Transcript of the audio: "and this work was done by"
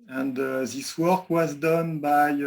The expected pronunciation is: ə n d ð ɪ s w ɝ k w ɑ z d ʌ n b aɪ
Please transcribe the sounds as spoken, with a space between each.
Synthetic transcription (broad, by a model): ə n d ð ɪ s w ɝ k w ɑ z d ʌ n b aɪ